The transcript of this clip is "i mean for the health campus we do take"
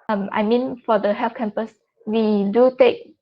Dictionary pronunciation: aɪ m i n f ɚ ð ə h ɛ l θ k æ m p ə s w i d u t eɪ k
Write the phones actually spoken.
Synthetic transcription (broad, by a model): aɪ m i n f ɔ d ə h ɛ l f k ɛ m p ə s w i d u t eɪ k